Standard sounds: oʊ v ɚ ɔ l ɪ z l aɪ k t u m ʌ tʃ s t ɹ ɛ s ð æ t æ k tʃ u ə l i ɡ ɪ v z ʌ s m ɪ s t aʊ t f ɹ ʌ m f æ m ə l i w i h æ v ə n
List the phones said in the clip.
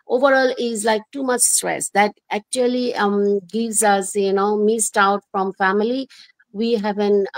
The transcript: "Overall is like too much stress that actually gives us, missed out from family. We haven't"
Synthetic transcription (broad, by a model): oʊ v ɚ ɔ l ɪ z l aɪ k t u m ʌ tʃ s t ɹ ɛ s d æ t æ k tʃ u ə l i ɡ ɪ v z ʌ s m ɪ s t aʊ t f ɹ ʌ m f æ m ə l i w i h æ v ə n